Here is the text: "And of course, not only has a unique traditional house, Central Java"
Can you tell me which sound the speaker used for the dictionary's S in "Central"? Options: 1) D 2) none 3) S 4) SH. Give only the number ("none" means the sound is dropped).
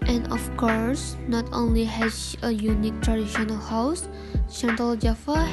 4